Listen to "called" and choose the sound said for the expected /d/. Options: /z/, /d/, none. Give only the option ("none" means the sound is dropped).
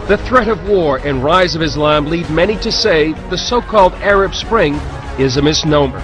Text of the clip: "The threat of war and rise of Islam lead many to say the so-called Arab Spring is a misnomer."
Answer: /d/